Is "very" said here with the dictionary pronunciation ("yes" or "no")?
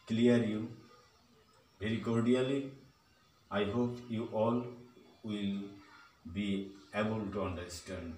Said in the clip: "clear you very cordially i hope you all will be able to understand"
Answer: no